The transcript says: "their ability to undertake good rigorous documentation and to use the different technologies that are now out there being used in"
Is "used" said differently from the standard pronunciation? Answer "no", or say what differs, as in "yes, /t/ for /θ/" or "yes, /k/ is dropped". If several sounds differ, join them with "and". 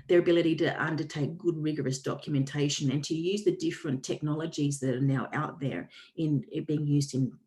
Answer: no